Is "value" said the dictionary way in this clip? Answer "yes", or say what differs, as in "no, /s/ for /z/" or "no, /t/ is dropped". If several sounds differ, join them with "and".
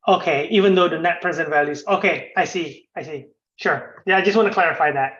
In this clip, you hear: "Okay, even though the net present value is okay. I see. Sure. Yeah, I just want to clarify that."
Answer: yes